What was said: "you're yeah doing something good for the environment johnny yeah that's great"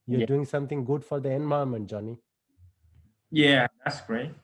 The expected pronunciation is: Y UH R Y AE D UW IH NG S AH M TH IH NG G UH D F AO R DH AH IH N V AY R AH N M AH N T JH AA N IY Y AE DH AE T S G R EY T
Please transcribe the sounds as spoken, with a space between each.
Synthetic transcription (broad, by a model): Y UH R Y D UW IH NG S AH M T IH NG G UH D F AO R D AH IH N B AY AH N M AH N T JH AA N IY Y AE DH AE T S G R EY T